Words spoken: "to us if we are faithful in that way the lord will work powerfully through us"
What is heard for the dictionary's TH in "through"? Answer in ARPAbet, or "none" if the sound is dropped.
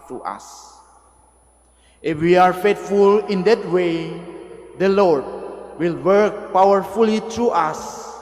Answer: T